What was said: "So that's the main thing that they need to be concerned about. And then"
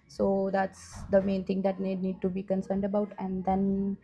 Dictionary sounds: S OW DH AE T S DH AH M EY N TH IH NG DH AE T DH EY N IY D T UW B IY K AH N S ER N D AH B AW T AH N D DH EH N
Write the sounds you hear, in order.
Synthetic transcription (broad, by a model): S OW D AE T S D AH M EY N T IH NG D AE T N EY N IY D T UW B IY K AH N S ER N D AH B AW T AH N D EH N